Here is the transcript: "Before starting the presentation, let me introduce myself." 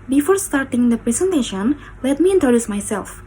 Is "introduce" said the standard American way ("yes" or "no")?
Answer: no